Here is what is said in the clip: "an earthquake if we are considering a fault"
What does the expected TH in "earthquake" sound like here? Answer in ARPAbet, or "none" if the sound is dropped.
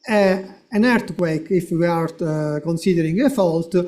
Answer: T